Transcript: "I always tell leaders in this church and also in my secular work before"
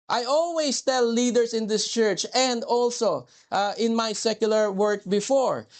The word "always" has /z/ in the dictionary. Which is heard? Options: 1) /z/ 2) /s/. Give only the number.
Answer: 2